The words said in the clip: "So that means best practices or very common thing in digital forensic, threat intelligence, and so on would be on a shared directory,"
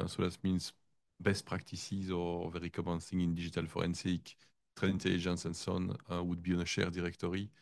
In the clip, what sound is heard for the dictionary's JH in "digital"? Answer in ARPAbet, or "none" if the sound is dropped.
ZH